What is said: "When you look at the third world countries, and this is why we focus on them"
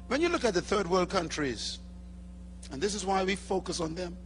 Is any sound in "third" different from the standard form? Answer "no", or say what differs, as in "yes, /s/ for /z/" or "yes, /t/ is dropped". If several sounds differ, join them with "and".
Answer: no